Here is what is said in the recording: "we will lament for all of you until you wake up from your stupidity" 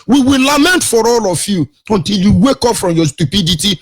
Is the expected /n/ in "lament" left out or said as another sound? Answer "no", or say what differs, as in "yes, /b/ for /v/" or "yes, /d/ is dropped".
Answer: no